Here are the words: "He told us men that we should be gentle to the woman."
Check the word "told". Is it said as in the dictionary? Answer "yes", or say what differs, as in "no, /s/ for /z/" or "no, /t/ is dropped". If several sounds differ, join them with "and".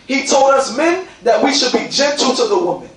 yes